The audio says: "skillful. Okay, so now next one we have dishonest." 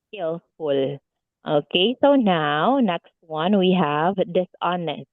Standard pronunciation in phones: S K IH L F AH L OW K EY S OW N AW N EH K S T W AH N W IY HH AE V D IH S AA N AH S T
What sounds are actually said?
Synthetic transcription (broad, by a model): S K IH L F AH L OW K EY S OW N AW N EH K S T W AH N W IY HH AE V D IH S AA N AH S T